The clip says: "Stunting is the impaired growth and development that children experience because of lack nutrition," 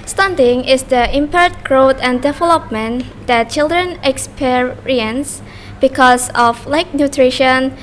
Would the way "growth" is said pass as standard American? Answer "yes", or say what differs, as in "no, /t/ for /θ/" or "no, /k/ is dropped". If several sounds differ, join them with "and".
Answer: no, /t/ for /θ/